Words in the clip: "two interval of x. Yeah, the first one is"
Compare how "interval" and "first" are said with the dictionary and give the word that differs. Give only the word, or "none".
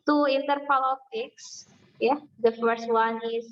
interval